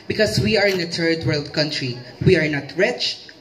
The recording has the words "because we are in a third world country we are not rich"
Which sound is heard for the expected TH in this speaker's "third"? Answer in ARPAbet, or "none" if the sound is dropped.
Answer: T